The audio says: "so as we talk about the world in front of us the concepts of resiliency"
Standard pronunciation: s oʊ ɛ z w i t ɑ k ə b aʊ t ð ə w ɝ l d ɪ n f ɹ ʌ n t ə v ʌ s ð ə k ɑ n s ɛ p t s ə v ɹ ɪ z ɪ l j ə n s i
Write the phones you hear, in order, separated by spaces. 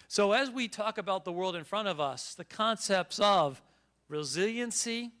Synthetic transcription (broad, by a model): s oʊ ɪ z w i t ɑ k ə b aʊ t ð ə w ɝ l d ɪ n f ɹ ʌ t ə v ʌ s ð ə k ɑ n s ɛ p t s ə v ɹ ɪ z ɪ l j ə n s i